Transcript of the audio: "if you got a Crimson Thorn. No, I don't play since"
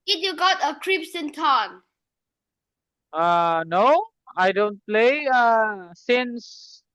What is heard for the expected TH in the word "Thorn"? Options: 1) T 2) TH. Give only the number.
1